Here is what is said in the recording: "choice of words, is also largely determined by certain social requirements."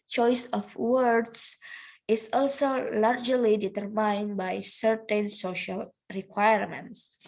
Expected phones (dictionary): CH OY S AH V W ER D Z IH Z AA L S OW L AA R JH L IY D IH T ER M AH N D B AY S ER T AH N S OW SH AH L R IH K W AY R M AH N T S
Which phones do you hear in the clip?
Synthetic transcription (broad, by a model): CH OY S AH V W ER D S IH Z AA L S OW L AA R JH L IY D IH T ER M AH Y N B AY S ER T AH N S OW SH AH L R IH K W AY R M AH N T S